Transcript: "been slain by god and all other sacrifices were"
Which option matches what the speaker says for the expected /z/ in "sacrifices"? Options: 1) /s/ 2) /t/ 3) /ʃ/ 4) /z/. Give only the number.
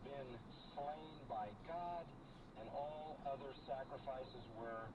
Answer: 4